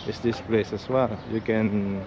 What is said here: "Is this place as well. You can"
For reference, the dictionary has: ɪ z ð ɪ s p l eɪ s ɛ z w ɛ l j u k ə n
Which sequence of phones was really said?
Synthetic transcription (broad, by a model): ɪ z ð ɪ s p l eɪ s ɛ s w ɛ l j u k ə n